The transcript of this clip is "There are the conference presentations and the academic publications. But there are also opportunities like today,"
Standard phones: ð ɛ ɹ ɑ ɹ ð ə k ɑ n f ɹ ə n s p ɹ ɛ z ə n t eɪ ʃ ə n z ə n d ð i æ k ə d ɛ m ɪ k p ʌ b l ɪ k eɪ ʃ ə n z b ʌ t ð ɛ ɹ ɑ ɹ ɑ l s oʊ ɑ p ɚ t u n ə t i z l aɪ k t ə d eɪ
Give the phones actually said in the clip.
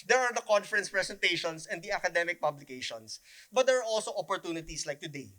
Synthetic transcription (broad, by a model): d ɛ ɹ ɑ ɹ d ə k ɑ n f ɹ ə n s p ɹ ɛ s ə n t eɪ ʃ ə n s ə n d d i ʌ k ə d ɛ m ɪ k p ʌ b l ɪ k eɪ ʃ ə n s b ʌ t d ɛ ɹ ɑ ɹ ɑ l s oʊ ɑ p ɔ t u n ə t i s l aɪ k t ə d eɪ